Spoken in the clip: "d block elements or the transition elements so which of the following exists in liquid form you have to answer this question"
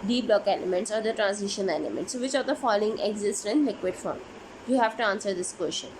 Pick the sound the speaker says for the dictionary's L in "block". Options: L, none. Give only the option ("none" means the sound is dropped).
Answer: L